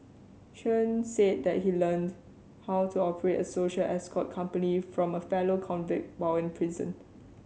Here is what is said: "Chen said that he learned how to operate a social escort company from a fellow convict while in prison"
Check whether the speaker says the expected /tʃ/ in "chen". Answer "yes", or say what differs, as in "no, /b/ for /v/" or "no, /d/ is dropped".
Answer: no, /ʃ/ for /tʃ/